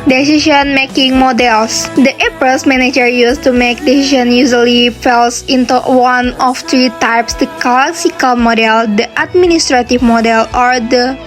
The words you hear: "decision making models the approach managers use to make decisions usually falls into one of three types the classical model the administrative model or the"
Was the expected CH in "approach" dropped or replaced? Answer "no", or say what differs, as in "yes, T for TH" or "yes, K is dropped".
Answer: yes, S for CH